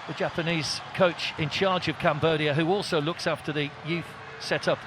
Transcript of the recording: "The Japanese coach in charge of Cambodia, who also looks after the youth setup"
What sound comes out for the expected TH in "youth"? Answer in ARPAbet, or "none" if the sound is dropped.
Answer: TH